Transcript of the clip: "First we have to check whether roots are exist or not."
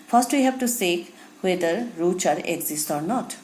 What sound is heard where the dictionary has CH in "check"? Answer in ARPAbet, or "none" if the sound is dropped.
S